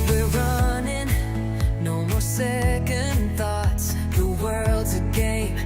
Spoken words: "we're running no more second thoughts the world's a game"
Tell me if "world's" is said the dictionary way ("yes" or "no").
yes